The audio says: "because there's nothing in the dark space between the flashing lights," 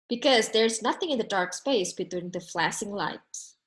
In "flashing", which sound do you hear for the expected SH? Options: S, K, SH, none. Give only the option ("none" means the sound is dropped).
S